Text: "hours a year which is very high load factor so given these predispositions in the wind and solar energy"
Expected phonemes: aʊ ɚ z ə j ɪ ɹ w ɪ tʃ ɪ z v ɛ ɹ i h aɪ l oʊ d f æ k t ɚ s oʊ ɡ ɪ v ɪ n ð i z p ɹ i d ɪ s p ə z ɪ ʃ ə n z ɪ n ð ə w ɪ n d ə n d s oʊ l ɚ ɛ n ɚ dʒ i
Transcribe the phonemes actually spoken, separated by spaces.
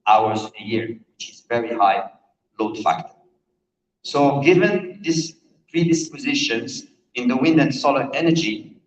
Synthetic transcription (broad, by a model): aʊ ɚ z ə j ɪ ɹ w ɪ tʃ ɪ z v ɛ ɹ i h aɪ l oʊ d f æ k t ɚ s oʊ ɡ ɪ v ɪ n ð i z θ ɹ i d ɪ s p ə z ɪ ʃ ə n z ɪ n ð ə w ɪ n d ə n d s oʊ l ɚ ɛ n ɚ dʒ i